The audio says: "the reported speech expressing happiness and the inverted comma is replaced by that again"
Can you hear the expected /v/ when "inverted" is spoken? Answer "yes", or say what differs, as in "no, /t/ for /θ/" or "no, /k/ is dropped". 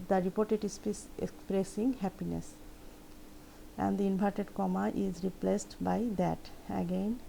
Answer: no, /b/ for /v/